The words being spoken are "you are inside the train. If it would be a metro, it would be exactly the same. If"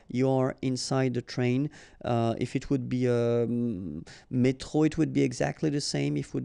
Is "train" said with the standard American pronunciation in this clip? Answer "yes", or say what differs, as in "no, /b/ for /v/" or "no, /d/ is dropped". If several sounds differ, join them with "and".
yes